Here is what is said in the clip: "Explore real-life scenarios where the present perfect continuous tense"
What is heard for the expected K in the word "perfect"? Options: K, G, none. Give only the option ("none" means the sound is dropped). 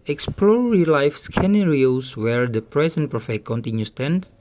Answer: none